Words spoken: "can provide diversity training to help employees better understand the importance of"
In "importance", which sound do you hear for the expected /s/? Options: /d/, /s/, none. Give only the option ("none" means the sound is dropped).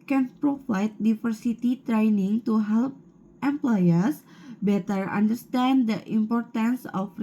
/s/